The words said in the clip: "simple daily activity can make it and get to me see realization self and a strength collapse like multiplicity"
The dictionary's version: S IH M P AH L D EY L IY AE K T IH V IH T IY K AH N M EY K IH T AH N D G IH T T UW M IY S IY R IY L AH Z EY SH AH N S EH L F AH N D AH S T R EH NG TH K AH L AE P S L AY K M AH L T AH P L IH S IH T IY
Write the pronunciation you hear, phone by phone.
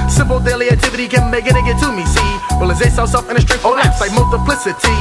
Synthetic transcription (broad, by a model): S IH M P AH L D EY L IY AE K T IH V IH T IY K AH N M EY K IH T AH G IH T T UW M IY S IY W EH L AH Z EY S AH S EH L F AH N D AH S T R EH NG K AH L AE S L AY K M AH L T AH P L IH S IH T IY